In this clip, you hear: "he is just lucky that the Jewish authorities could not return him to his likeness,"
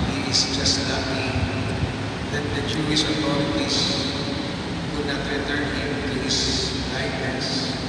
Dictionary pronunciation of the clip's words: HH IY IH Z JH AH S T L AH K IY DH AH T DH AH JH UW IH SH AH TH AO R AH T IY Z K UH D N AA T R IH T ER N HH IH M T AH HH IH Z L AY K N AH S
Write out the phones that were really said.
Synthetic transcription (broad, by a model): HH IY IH S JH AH S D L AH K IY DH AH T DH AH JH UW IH S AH T AO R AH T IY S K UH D N AA T R IH T ER N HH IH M T AH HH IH S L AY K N S